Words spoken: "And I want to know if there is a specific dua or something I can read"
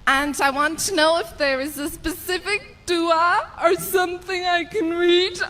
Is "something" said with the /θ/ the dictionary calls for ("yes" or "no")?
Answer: yes